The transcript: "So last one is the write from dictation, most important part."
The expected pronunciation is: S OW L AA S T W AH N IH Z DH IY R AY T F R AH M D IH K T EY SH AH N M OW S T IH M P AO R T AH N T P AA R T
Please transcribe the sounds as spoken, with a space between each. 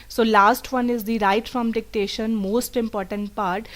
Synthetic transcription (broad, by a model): S OW L AA S T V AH N IH Z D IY R AY T F R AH M D IH K T EY SH AH N M OW S T IH M P AO R T AH N T P AA R T